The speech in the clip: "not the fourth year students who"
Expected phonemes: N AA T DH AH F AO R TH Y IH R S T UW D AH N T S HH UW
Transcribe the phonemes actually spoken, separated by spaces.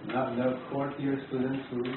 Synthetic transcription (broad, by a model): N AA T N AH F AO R T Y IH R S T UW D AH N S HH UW